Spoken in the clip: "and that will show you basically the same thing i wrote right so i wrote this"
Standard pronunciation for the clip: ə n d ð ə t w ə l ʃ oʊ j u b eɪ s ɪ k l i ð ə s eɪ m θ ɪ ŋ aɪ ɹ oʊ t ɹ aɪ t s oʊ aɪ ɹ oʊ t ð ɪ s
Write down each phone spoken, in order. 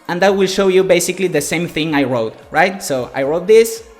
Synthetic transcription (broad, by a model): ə n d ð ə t w ə l ʃ oʊ j u b eɪ s ɪ k l i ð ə s eɪ m θ ɪ ŋ aɪ ɹ oʊ t ɹ aɪ t s oʊ aɪ ɹ oʊ t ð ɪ s